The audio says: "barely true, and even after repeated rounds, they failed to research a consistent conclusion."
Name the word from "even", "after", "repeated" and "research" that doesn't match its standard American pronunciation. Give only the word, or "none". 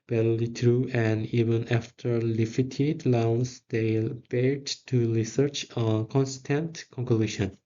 repeated